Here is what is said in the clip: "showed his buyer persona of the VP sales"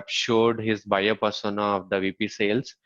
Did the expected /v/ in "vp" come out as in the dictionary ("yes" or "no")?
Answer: yes